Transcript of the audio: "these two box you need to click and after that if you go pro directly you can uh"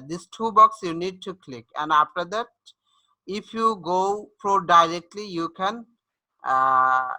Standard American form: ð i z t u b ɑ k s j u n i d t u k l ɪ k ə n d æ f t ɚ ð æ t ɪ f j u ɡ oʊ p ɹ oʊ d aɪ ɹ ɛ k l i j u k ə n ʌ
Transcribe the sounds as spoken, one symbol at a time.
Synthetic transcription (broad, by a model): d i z t u b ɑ k s j u n i d t u k l ɪ k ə n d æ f t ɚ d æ t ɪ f j u ɡ oʊ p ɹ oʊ d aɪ ɹ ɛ k l i j u k ə n